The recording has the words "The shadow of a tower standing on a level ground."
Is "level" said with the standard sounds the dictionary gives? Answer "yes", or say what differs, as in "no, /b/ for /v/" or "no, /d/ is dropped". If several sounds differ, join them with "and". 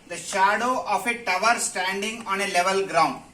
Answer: yes